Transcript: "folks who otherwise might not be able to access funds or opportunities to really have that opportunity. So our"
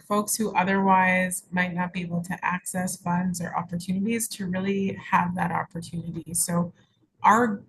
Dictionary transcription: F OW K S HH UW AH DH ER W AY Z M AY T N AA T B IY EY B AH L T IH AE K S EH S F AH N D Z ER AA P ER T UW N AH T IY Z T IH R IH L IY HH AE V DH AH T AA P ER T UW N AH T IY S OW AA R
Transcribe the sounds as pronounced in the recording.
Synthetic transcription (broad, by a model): F OW K S HH UW AH DH ER W AY Z M AY T N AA T B IY EY B L T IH AE K S EH S F AH N D Z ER AA P ER T UW N AH T IY Z T IH R IH L IY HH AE V DH AH T AA P ER T UW N AH T IY S OW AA R